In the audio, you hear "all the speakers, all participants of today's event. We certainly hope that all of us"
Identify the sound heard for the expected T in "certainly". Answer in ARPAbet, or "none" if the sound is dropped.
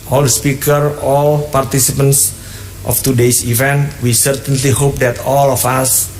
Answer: T